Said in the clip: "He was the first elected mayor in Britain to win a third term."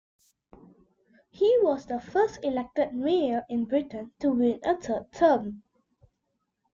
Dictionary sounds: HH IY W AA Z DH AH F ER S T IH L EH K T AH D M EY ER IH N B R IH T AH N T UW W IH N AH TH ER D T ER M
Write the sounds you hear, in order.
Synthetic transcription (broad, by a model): HH IY W AA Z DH AH F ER S T IH L EH K T AH D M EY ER IH N B R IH T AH N T UW W IH N AH T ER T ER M